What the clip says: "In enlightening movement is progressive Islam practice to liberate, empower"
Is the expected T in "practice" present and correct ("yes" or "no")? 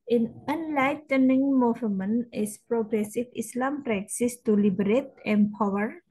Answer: no